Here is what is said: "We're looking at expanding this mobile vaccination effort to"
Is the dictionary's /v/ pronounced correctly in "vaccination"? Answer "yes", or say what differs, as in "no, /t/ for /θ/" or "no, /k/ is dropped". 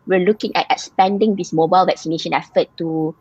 yes